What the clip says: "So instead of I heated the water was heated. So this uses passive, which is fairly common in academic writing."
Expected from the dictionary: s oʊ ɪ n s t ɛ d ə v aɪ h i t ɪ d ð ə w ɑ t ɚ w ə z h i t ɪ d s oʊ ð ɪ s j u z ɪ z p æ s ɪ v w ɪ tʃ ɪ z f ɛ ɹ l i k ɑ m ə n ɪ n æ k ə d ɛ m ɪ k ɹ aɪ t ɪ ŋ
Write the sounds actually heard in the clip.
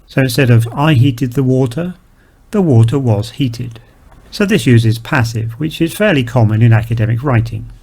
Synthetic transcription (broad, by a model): s oʊ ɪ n s t ɛ d ə v aɪ h i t ɪ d ð ə w ɑ t ɚ w ə z h i t ɪ d s oʊ ð ɪ s j u z ɪ z p æ s ɪ v w ɪ tʃ ɪ z f ɛ ɹ l i k ɑ m ə n ɪ n æ k ə d ɛ m ɪ k ɹ aɪ t ɪ ŋ